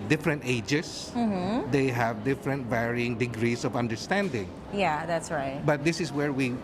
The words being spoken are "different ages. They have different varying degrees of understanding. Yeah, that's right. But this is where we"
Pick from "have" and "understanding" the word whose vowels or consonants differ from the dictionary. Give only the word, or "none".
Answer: none